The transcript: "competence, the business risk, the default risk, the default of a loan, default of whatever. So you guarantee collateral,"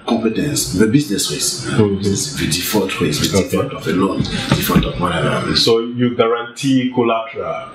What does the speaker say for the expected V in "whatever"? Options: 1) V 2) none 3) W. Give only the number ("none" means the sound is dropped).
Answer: 2